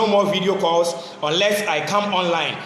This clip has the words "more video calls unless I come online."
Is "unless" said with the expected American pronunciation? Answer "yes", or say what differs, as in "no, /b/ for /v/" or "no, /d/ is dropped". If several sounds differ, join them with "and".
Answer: yes